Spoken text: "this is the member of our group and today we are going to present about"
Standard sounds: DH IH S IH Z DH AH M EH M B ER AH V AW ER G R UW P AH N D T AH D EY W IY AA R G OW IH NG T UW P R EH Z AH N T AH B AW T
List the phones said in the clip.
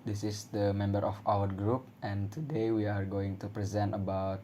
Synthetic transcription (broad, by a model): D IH S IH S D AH M EH M B ER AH F AW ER G R UW P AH N T AH D EY W IY AA R G OW IH NG T UW P R EH Z AH N T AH B AW T